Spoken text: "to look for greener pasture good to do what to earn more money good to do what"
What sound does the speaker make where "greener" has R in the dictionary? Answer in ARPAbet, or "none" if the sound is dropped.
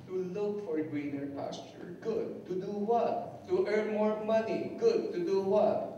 W